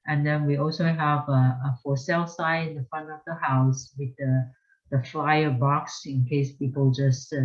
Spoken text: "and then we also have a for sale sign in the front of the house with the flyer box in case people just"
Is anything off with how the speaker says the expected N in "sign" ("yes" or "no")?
yes